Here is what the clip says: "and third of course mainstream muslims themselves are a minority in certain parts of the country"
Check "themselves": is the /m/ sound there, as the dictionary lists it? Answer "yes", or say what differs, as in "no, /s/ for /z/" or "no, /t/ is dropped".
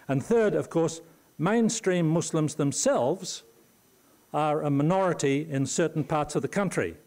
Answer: yes